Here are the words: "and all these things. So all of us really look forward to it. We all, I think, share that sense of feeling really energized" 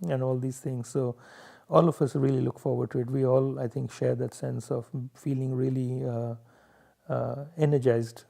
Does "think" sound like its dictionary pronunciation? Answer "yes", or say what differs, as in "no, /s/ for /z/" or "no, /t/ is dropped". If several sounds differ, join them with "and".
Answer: no, /t/ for /θ/